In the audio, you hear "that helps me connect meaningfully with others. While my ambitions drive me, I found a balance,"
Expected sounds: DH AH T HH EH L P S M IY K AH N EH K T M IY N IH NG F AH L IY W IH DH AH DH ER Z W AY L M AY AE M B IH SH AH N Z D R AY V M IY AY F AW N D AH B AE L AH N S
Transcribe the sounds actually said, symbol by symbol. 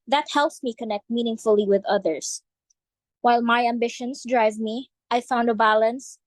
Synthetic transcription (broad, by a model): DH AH T HH EH L P S M IY K AH N EH K T M IY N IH NG F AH L IY W IH DH AH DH ER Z W AY L M AY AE M B IH SH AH N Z D R AY V M IY AY F AW N D AH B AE L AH N S